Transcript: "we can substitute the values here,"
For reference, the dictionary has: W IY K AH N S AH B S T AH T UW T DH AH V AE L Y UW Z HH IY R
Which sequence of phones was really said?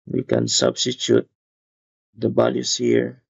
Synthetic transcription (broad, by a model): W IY K AH N S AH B S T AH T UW T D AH B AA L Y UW S HH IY R